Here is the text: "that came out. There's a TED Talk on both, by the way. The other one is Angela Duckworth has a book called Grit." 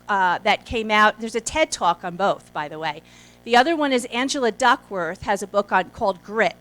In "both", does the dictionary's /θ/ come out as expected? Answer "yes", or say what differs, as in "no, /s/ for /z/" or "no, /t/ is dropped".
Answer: yes